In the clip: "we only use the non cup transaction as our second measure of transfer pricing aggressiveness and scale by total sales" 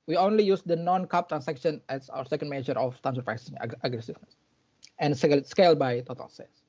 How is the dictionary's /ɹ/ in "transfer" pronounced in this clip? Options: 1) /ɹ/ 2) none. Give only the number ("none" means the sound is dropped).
2